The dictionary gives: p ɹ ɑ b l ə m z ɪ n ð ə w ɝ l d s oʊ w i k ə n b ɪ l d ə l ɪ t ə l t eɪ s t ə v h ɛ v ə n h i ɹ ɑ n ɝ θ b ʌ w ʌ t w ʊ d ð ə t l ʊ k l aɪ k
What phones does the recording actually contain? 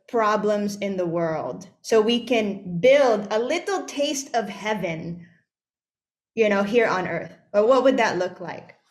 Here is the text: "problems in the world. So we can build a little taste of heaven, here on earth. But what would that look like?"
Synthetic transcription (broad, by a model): p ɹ ɑ b l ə m z ɪ n ð ə w ɝ l d s oʊ w i k ə n b ɪ l d ə l ɪ t l t eɪ s t ə v h ɛ v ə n h i ɹ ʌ n ɝ θ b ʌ w ʌ t w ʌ d ð ə t l ʊ k l aɪ k